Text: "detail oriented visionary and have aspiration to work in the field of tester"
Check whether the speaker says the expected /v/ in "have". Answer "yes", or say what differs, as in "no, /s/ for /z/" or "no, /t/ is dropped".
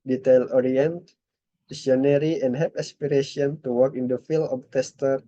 no, /p/ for /v/